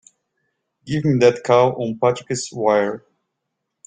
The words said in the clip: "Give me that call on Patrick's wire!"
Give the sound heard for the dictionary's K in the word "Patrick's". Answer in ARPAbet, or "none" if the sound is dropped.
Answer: none